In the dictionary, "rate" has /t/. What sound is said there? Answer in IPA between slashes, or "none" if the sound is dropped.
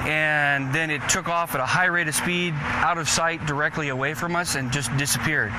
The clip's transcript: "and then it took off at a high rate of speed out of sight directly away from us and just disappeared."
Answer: /t/